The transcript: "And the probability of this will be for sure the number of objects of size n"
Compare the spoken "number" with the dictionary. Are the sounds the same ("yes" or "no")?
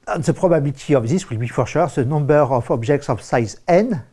no